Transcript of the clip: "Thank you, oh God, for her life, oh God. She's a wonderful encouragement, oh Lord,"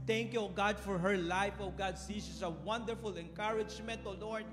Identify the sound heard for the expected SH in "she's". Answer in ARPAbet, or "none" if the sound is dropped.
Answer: S